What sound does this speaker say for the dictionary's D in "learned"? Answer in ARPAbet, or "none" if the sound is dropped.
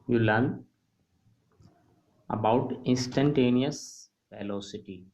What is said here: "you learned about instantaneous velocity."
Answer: none